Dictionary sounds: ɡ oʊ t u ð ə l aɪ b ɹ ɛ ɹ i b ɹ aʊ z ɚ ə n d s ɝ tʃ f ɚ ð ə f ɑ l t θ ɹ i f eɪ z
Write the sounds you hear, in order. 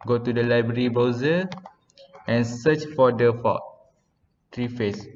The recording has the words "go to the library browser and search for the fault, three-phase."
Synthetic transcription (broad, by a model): ɡ oʊ t u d ə l aɪ b ɹ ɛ ɹ i b ɔ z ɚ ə n s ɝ tʃ f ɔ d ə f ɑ t ɹ i f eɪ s